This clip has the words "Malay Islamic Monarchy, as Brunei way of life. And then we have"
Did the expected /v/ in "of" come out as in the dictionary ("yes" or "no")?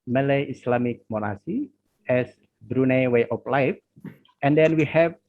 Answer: no